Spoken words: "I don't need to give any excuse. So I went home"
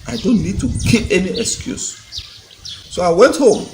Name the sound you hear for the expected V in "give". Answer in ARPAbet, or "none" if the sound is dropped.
P